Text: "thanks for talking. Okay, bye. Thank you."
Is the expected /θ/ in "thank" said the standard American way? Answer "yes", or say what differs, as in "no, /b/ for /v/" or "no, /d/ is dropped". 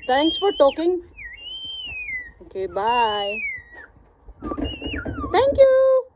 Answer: no, /t/ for /θ/